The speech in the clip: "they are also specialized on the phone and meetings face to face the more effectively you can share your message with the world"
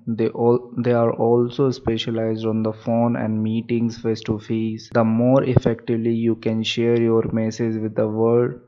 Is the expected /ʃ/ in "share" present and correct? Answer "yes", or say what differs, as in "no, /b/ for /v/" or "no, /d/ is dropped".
yes